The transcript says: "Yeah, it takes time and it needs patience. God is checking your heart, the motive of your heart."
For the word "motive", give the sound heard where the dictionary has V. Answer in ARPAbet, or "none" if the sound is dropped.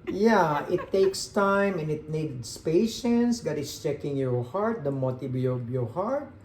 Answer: B